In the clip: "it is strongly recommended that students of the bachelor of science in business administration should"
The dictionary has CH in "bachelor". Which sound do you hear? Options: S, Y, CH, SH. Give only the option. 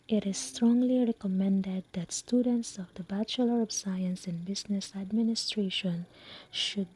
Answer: CH